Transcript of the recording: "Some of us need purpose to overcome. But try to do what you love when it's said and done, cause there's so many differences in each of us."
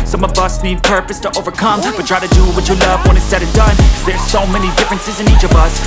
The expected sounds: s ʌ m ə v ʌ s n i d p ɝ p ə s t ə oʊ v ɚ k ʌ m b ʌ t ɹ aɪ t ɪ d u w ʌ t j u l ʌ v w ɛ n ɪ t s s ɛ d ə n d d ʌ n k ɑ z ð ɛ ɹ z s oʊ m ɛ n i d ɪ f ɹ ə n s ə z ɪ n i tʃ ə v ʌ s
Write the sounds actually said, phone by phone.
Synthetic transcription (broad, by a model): s ʌ m ə v ʌ s n i d p ɝ p ə s t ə oʊ v ɚ k ʌ m b ʌ t ɹ aɪ t ɪ d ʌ w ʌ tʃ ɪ l ʌ v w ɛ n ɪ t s s ɛ d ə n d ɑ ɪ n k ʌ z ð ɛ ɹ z s oʊ m ɛ n i d ɪ f ɹ ə n s ə z ɪ n i tʃ ə v ʌ s